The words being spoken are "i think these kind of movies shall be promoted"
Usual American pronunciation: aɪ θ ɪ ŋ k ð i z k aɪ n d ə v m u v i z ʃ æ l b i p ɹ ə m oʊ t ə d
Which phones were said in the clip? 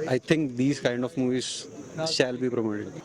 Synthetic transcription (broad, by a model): aɪ t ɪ ŋ k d i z k aɪ n d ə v m u v i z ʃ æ l b i p ɹ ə m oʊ t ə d